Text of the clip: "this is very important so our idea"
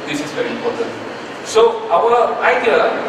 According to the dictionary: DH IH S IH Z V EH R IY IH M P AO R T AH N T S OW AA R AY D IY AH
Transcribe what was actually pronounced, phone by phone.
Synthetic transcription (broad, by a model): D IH S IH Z V EH R IY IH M P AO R T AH N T S OW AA W AY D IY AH